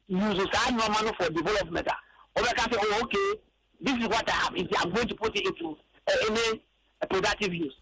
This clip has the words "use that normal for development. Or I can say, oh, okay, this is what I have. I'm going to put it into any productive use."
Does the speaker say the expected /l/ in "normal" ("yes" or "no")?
no